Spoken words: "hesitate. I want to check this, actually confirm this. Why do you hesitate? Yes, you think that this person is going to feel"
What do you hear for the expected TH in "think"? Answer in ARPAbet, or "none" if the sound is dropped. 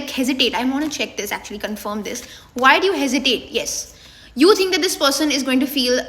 T